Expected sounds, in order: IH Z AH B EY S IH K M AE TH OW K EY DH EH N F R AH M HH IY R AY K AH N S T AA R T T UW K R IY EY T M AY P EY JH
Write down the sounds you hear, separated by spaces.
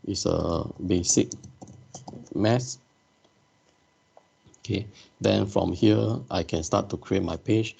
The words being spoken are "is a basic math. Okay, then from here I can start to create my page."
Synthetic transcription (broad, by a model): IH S AH B EY S IH K M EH S OW K EY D EH N F R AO M HH IY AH AY K AH N S T AA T T UW K R IY EY T M AY P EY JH